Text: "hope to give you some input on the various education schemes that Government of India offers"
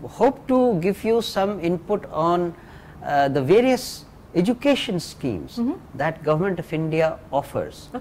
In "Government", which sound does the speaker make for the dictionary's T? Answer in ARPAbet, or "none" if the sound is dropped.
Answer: T